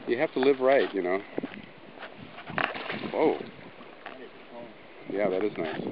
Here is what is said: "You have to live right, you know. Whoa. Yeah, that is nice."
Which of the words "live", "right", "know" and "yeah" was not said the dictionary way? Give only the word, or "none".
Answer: none